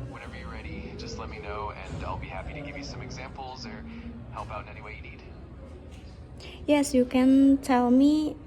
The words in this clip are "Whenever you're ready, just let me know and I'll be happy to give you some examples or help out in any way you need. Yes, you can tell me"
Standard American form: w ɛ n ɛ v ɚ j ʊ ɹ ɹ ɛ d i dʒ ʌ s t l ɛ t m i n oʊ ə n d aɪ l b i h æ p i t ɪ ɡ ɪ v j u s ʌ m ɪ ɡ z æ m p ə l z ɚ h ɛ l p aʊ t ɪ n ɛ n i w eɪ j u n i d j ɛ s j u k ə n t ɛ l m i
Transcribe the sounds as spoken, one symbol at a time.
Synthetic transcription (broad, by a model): w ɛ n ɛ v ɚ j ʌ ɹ ɹ ɛ d i dʒ ʌ s t l ɛ t m i n oʊ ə n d aɪ l b i h æ p i t ɪ ɡ ɪ v j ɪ s ʌ m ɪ ɡ z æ m p l z ɚ h ɛ l p aʊ t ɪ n ɛ n i w eɪ j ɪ n i d j ɛ s j u k ə n t ɛ l m i